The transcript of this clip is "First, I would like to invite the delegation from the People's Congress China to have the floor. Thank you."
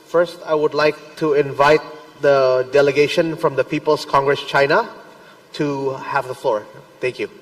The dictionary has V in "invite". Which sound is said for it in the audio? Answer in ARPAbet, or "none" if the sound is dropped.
V